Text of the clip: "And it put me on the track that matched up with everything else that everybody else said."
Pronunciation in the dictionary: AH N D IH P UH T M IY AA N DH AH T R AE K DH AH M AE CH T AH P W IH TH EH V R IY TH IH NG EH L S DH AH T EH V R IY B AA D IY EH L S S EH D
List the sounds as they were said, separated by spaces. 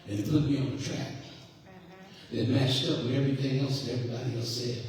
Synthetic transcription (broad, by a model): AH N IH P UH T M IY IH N DH AH T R AE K DH AH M AE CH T AH P W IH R EH V R IY TH IH NG EH L S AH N EH V R IY B AA D IY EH L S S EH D